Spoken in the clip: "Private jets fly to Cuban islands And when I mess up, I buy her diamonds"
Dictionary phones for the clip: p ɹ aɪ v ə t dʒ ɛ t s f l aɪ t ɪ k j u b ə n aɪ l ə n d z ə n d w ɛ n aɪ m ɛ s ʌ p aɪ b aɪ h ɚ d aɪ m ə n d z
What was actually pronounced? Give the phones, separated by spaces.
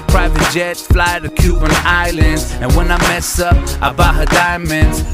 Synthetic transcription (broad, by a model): p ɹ aɪ v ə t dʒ ɛ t f l aɪ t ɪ k j u b ə n aɪ l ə n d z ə n w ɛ n aɪ m ɛ s ʌ p aɪ b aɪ h ɚ d aɪ m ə n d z